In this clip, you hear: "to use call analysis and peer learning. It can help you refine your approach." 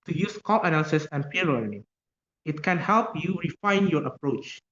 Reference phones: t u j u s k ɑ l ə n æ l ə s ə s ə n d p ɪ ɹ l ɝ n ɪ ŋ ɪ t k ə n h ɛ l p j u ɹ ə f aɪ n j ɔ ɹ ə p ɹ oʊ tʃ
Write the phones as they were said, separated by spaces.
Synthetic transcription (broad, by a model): t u j u s k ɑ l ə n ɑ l s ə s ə n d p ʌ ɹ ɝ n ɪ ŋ ɪ t k ə n h ɛ l p j u ɹ ə f aɪ n j ɔ ɹ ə p ɹ oʊ tʃ